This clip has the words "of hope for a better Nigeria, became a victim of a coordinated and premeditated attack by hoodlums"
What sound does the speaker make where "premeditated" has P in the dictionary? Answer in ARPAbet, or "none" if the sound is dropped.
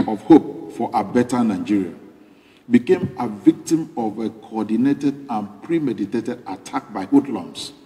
P